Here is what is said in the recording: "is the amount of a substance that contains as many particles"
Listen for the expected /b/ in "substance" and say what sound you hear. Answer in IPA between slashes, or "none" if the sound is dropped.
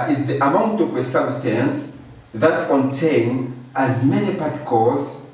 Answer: /b/